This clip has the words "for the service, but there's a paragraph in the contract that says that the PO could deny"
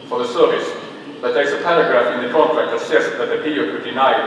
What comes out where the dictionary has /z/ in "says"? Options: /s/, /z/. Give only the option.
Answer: /s/